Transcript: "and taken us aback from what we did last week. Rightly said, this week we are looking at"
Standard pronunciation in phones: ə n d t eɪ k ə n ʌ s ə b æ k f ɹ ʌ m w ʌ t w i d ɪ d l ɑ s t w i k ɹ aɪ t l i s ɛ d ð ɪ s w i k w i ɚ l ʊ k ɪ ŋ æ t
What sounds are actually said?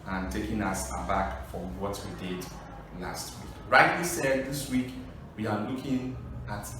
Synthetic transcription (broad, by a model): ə n t eɪ k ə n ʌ s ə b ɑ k f ɹ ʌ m w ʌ t w i d ɪ d l ɑ s t w i k ɹ aɪ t w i s ɛ d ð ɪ s w i k w i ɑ l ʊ k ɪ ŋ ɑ t